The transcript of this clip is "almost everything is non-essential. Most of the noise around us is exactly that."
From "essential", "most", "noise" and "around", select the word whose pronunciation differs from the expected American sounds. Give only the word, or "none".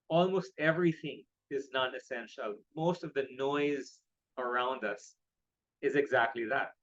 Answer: none